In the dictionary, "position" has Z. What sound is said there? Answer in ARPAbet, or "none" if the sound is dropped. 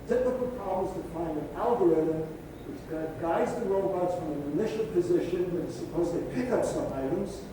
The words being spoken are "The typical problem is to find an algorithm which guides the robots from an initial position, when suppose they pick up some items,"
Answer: Z